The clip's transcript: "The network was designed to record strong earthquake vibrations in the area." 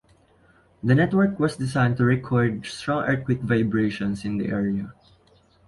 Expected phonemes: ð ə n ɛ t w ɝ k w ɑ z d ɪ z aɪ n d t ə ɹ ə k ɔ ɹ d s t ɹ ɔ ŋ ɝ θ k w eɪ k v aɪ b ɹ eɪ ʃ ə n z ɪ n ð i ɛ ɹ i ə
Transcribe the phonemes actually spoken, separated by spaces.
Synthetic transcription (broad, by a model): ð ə n ɛ t w ɝ k w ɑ s d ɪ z aɪ n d t ə ɹ ə k ɔ ɹ d s t ɹ ɔ ŋ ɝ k w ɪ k v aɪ b ɹ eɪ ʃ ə n s ɪ n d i ɛ ɹ i ə